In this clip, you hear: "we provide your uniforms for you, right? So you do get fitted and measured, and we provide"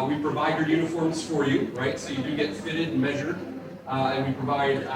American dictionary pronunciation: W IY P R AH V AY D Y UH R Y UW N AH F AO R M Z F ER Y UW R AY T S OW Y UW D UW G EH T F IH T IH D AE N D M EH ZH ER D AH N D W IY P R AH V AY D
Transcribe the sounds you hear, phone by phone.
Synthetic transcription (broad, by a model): W IY P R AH V AY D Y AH R Y UW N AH F AO R M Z F ER Y UW R AY T S OW Y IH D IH G EH T F IH T IH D D M EH ZH ER D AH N W IY P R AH V AY D